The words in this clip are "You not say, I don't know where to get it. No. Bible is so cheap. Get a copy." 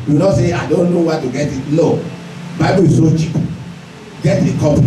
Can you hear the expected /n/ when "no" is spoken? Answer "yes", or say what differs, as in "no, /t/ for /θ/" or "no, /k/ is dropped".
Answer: no, /l/ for /n/